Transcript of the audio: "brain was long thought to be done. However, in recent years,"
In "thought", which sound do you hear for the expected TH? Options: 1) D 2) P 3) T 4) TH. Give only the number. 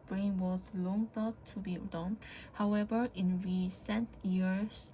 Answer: 3